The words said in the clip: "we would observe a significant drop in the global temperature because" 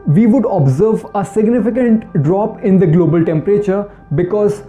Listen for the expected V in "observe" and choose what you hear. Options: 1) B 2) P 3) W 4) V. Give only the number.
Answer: 4